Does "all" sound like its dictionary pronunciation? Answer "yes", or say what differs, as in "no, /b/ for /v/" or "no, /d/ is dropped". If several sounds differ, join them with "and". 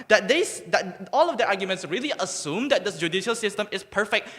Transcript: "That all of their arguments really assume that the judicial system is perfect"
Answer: yes